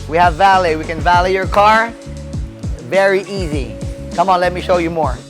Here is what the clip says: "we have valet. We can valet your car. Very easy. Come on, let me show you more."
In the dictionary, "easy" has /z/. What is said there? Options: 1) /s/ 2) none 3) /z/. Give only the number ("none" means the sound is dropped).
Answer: 3